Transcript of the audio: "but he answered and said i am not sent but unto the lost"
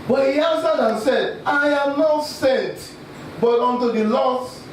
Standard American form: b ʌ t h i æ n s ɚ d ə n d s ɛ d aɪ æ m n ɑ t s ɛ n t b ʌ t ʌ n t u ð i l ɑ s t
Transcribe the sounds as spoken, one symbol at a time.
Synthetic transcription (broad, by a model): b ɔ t h i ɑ n s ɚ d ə n s ɛ d aɪ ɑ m n ɑ t s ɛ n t b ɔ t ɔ n t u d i l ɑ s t